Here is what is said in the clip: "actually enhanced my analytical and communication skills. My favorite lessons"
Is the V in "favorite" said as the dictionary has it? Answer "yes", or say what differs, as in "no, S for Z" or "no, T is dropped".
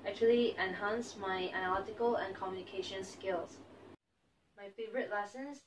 yes